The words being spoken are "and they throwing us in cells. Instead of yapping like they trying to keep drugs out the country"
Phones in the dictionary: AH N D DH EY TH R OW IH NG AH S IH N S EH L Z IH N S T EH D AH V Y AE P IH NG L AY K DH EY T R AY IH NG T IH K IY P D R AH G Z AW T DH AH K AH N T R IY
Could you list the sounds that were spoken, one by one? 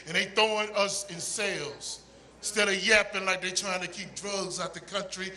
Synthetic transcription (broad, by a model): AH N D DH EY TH OW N AH S IH N S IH L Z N S T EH D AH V Y AE P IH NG L AY K DH EY T R AY IH NG T IH K IY P D R AH G Z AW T DH AH K AH N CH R IY